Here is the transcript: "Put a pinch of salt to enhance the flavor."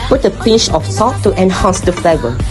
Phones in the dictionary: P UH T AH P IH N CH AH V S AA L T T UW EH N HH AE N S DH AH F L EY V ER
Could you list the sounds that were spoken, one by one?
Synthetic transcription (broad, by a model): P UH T AH P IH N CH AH F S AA T T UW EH N HH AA N S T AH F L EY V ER